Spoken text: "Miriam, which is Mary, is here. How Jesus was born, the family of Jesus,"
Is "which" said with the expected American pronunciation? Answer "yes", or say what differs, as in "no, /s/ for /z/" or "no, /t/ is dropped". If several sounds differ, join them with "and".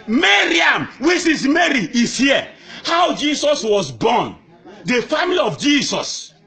no, /s/ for /tʃ/